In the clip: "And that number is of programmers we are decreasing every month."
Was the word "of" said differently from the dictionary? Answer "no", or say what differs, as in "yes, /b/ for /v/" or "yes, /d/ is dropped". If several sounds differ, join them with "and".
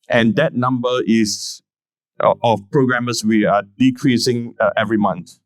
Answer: yes, /f/ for /v/